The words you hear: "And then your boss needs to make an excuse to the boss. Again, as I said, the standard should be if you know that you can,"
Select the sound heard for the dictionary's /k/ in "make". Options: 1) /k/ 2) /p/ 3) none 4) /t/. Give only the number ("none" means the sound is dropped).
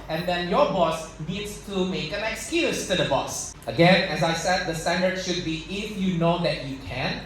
1